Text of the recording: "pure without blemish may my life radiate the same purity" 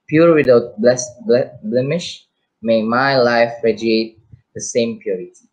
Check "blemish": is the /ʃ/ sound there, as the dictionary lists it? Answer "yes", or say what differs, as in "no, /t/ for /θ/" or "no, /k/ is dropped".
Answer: yes